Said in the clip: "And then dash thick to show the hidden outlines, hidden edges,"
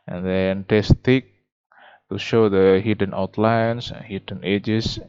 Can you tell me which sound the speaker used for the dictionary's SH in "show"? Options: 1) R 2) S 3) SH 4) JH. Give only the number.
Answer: 3